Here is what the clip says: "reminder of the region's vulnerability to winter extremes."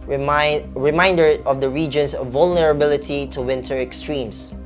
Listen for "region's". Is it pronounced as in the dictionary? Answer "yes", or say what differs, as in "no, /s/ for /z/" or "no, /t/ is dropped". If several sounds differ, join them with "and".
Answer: no, /s/ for /z/